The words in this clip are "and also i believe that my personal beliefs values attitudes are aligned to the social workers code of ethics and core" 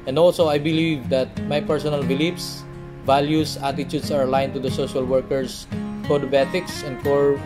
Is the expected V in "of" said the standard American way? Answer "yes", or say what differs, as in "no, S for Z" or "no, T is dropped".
no, B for V